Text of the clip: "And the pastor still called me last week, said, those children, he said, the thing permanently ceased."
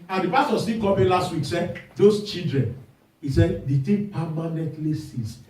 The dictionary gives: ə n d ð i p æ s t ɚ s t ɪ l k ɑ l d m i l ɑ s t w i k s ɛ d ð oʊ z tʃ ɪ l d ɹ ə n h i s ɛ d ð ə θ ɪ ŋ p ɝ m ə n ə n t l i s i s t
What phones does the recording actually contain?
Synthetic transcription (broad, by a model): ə n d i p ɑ s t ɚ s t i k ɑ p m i l ɑ s t w i k s ɛ d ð oʊ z tʃ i l d ɹ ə n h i s ɛ d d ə t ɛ p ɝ m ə n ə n t l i s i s